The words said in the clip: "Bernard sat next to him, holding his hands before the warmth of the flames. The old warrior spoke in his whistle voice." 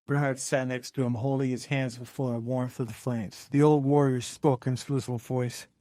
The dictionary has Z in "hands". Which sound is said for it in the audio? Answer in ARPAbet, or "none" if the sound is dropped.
Z